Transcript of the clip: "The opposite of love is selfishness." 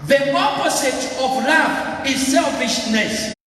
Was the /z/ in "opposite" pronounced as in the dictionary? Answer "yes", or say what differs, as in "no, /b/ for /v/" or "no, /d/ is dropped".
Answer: no, /s/ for /z/